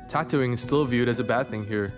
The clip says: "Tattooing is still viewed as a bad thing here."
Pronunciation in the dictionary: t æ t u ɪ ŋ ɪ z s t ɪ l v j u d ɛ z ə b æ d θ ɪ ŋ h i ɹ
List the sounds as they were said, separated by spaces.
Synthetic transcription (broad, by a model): t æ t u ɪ ŋ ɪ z s t ɪ l v j u d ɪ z ə b æ d θ ɪ ŋ h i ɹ